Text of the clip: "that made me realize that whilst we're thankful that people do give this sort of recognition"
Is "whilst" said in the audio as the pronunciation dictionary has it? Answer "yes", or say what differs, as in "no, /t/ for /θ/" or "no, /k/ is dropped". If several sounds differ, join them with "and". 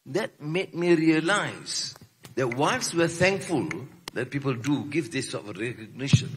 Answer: no, /n/ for /l/